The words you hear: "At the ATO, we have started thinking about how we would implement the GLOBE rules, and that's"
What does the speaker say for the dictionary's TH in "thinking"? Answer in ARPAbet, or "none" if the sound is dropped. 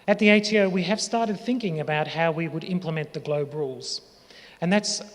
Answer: TH